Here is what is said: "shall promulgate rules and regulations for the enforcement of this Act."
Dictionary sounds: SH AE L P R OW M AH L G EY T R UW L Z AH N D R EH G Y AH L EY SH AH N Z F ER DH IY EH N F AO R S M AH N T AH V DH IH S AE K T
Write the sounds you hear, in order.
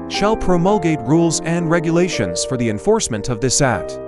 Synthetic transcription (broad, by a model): SH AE L P R OW M AH L G EY T R UW L Z AH N D R EH G Y AH L EY SH AH N Z F ER DH IY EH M F AO R S M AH N T AH V DH IH S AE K T